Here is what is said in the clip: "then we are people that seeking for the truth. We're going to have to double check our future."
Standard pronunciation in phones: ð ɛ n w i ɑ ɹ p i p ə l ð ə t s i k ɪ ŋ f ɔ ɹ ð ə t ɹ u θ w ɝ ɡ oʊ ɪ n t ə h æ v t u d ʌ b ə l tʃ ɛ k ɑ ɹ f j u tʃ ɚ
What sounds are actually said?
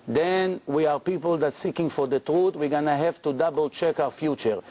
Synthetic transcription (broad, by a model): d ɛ n w i ɑ ɹ p i p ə l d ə t s i k ɪ ŋ f ɔ ɹ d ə t ɹ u t w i ɡ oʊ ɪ n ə h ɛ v t u d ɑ b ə l tʃ ɛ k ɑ w f j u tʃ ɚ